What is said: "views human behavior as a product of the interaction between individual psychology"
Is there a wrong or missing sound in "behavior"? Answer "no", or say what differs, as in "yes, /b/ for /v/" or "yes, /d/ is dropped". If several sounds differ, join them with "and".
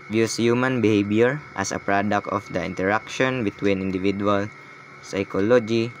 yes, /b/ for /v/